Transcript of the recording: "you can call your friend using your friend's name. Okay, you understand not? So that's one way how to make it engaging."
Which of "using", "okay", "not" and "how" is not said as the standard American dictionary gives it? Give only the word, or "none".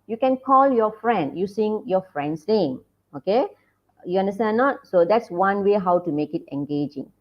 using